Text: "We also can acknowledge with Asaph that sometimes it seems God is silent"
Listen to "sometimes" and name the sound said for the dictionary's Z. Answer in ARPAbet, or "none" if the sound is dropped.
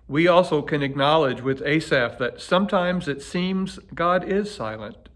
Z